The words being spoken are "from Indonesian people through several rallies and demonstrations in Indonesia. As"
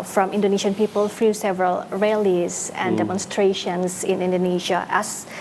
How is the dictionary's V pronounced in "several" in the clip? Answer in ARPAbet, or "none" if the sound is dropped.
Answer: V